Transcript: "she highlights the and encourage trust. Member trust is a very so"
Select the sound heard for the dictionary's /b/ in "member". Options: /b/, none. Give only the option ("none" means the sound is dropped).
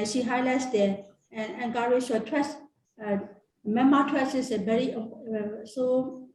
none